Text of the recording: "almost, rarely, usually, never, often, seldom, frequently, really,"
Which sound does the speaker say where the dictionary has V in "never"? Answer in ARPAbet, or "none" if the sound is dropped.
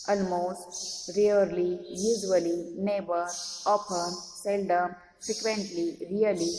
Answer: B